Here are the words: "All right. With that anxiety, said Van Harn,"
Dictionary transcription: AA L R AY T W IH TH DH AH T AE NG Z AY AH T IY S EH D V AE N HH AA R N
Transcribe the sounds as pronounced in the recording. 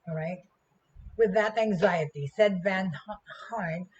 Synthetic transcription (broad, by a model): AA R AY T W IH DH AH T AE NG Z AY AH T IY S EH D V AE N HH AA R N